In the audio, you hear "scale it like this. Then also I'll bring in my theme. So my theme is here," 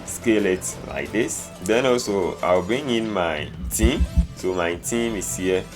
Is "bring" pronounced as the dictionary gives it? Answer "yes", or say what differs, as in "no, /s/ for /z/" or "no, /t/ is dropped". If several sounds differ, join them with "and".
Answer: no, /ɹ/ is dropped